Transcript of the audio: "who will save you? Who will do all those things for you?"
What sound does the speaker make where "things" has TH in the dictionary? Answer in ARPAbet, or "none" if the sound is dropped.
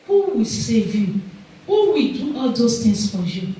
T